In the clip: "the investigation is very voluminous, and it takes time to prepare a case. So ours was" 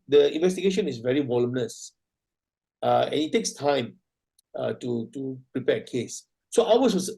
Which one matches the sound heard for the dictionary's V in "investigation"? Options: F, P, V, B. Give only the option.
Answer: V